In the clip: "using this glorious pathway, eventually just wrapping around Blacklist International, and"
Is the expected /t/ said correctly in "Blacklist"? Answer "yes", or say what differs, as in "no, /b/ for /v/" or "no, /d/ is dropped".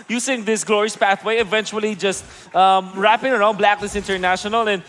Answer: no, /t/ is dropped